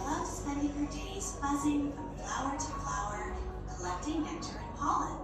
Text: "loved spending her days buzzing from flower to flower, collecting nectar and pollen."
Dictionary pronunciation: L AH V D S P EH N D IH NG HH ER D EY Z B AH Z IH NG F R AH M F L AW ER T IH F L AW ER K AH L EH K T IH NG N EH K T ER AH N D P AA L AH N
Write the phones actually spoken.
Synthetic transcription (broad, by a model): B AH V S P EH N D IH NG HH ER D EY Z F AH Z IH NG F R AH M F L AW ER T IH F L AW ER K AH L EH K T IH NG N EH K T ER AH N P AA L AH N